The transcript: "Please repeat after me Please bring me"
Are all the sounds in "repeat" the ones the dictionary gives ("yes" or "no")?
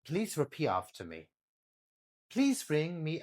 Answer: no